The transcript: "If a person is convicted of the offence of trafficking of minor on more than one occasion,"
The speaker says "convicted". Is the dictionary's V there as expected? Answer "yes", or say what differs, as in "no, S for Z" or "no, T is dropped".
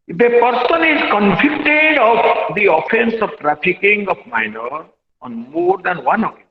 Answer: no, F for V